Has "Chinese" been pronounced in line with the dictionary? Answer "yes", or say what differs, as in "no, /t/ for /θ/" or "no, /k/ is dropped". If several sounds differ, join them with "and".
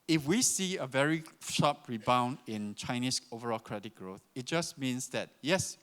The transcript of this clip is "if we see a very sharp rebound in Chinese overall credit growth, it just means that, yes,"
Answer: no, /s/ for /z/